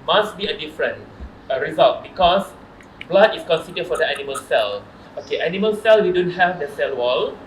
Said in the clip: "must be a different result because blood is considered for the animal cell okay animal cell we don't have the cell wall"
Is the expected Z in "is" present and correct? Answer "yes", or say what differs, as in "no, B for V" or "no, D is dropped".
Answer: no, S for Z